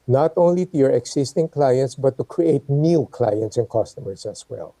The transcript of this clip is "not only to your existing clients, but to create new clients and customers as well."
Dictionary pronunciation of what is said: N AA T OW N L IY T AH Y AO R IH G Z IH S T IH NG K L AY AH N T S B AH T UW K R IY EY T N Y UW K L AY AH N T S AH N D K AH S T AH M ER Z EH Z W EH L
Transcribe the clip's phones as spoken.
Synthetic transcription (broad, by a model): N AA T OW N L IY T AH Y AO R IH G S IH S T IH NG K L AY AH N T S B AH T UW K R IY EY T N Y UW K L AY AH N T S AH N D K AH S T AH M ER S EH S W EH L